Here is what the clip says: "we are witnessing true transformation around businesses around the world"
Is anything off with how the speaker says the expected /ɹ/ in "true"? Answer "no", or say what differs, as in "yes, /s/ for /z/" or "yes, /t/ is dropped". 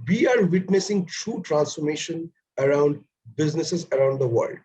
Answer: no